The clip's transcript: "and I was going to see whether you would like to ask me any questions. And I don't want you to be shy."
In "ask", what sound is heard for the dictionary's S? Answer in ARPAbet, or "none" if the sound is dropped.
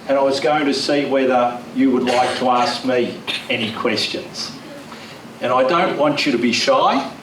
S